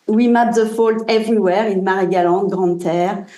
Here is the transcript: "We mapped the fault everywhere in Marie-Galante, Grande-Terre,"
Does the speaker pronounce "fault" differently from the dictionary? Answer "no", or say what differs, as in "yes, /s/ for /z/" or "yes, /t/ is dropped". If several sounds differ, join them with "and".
no